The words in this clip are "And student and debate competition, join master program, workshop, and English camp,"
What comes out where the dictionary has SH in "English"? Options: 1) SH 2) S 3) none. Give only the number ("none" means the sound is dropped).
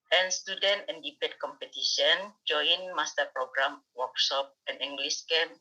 2